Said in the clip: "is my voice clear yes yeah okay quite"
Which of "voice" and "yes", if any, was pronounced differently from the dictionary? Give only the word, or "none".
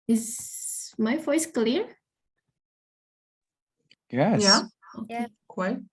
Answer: yes